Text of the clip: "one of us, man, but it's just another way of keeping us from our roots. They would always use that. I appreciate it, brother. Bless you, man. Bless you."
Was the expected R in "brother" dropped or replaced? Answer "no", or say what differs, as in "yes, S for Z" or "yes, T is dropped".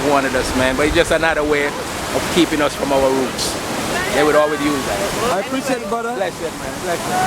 yes, R is dropped